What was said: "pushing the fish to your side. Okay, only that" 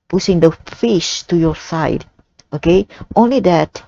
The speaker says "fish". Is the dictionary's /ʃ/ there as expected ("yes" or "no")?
yes